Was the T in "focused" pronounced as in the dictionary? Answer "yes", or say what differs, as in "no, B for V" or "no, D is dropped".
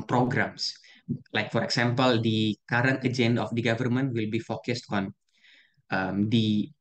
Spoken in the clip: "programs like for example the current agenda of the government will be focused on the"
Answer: yes